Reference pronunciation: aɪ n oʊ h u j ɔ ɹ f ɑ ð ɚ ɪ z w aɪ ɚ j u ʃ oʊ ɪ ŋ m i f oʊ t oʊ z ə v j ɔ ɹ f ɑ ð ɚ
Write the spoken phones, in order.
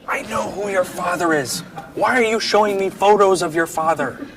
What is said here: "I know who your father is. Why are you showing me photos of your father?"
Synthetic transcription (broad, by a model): aɪ n oʊ h u j ɔ ɹ f ɑ ð ɚ ɪ z w aɪ ɚ j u ʃ oʊ ɪ ŋ m i f oʊ t oʊ z ə v j ɔ ɹ f ɑ ð ɚ